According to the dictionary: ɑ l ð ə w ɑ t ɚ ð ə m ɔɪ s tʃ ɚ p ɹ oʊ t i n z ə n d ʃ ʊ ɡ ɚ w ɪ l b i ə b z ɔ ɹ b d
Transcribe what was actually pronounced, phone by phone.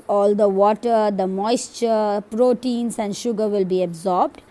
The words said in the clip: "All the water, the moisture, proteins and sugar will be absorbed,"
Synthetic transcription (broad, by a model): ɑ l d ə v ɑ t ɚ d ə m ɔɪ s tʃ ɚ p ɹ oʊ t i n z ə n d ʃ ʊ ɡ ɚ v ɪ l b i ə b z ɔ ɹ b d